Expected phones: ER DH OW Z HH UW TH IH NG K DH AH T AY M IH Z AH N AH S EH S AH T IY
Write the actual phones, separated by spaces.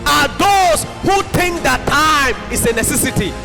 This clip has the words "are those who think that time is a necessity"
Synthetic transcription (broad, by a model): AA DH OW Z HH UW T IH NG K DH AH T AY M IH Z AH N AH S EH S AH T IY